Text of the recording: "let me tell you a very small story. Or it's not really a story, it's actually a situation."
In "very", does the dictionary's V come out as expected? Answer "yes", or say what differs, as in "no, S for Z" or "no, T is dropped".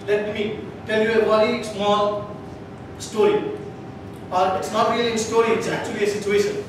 no, W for V